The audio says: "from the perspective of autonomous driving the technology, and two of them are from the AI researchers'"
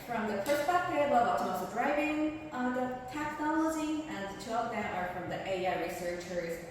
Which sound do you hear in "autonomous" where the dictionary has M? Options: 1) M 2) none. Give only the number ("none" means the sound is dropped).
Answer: 2